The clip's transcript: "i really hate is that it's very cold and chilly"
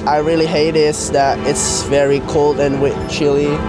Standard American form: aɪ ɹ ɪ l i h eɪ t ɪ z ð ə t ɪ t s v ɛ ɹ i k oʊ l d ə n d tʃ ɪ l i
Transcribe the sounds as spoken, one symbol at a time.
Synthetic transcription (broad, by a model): aɪ ɹ ɪ l i h eɪ t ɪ s ð ə t ɪ t s v ɛ ɹ i k oʊ l d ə n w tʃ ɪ l i